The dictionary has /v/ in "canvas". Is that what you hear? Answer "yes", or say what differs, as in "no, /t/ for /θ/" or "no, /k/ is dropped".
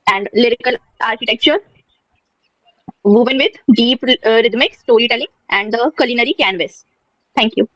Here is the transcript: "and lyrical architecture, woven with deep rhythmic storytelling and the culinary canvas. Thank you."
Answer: yes